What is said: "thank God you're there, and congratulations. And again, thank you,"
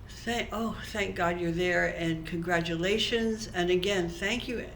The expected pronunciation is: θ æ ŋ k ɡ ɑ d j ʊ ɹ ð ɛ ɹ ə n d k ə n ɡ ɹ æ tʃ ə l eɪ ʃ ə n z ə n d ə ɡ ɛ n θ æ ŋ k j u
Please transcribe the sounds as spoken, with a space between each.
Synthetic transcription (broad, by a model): θ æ ŋ k ɡ ɑ d j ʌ ɹ ð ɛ ɹ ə n k ə n ɡ ɹ æ tʃ ə l eɪ ʃ ə n z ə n ə ɡ ɛ n θ æ ŋ k j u